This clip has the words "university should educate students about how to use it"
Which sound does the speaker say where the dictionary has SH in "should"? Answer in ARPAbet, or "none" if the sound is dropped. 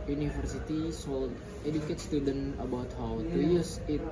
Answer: S